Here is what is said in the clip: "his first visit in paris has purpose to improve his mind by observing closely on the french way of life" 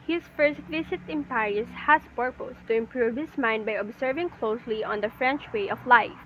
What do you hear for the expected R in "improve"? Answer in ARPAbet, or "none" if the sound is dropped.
R